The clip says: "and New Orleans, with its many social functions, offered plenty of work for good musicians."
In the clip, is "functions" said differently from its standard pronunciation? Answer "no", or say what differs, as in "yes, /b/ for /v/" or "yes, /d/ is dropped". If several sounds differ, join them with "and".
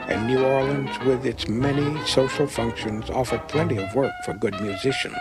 no